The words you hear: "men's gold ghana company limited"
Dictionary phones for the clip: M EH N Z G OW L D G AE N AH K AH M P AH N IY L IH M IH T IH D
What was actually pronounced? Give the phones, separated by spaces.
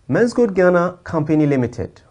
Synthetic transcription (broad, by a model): M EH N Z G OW D G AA N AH K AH M P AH N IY L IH M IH T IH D